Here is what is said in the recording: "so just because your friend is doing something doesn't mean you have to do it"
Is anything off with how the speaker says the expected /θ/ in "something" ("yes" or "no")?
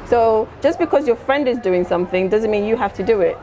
no